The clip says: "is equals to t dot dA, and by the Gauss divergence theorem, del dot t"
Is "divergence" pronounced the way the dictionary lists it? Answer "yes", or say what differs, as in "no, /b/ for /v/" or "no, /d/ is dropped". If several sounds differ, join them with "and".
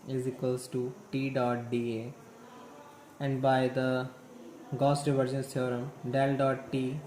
yes